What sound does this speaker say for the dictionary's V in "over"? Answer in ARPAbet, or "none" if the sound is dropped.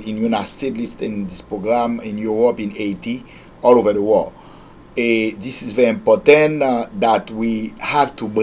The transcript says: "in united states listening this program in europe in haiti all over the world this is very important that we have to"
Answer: V